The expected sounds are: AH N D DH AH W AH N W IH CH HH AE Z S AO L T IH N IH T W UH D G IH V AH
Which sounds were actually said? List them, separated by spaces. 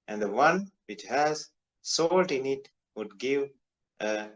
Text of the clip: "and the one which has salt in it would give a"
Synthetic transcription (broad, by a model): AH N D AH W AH N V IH CH HH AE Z S AO L T IH N IH T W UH D G IH V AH